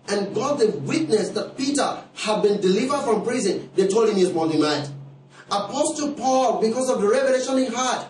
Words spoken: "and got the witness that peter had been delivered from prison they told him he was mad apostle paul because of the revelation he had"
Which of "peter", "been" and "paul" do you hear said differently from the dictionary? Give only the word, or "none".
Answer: none